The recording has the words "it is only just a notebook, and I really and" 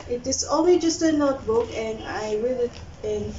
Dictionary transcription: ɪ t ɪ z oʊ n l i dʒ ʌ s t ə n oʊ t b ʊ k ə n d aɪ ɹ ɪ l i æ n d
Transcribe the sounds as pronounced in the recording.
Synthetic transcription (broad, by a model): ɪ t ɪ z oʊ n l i dʒ ʌ s t ə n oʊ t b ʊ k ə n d aɪ w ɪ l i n